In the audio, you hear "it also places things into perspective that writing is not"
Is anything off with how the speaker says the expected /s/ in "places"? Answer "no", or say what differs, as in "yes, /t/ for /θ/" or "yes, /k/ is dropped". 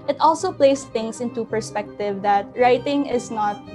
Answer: yes, /s/ is dropped